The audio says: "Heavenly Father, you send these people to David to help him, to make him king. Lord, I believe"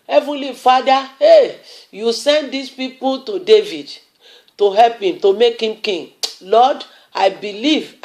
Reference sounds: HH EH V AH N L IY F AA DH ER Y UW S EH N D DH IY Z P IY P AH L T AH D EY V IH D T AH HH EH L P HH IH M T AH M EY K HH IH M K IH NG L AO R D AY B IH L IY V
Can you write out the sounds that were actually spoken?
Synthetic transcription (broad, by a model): HH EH V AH N L IY F AA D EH Y UW S EH N D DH IY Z P IY P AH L T AH D EY V IH D T AH HH EH L P HH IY M T AH M EY K HH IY M K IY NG L AO D AY B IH L IY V